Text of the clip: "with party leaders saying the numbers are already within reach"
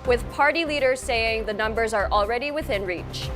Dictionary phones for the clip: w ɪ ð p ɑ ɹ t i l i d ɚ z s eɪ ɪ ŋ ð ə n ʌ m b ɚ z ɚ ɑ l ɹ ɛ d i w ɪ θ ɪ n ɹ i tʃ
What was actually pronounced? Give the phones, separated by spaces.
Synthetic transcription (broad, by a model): w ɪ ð p ɑ ɹ t i l i d ɚ z s eɪ ɪ ŋ ð ə n ʌ m b ɚ z ɚ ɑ l ɹ ɛ d i w ɪ θ ɪ n ɹ i tʃ